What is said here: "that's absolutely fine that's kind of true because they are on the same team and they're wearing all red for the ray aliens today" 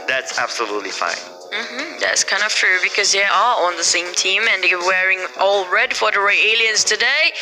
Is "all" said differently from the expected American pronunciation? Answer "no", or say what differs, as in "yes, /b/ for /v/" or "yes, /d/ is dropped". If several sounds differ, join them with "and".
no